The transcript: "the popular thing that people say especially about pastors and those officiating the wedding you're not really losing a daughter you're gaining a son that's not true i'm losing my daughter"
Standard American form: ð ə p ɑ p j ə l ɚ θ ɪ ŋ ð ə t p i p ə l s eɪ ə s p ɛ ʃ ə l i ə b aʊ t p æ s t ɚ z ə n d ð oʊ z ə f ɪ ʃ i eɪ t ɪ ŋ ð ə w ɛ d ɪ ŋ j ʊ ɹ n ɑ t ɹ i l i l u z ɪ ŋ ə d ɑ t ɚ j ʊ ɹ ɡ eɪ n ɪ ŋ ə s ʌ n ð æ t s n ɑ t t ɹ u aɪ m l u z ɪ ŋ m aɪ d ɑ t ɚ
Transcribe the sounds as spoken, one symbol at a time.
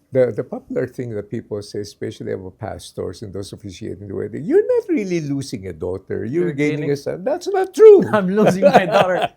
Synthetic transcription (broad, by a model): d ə p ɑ p j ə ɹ θ ɪ ŋ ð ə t p i p ə l s eɪ s p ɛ ʃ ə l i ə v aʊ p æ s t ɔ s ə n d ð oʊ s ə f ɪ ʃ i eɪ t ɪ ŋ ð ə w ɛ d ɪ j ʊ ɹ n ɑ t ɹ i l i l u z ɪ ŋ ə d ɑ t ɚ j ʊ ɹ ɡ eɪ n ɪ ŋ ə s ʌ n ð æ t s n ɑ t t ɹ u aɪ m l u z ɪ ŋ m aɪ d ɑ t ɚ